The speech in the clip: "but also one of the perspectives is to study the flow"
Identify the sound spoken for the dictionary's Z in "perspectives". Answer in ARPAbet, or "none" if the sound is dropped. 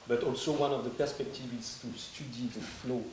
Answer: none